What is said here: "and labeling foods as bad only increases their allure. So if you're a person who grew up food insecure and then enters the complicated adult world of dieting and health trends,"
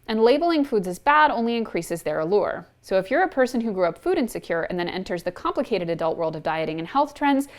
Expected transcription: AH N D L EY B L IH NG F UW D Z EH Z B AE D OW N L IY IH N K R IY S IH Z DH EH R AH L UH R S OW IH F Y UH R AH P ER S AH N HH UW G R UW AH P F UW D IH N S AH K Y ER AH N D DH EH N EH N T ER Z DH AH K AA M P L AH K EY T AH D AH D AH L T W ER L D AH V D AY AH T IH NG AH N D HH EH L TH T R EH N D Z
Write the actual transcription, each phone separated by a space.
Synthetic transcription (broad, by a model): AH N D L EY B L IH NG F UW D Z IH Z B AE D OW N L IY IH N K R IY S IH Z DH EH R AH L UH R S OW IH F Y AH R AH P ER S AH N HH UW G R UW AH P F UW D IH N S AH K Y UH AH N DH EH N EH N T ER Z DH AH K AA M P L AH K EY T AH D AH D AH L T W ER L D AH V D AY AH T IH NG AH N HH EH L TH T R EH N D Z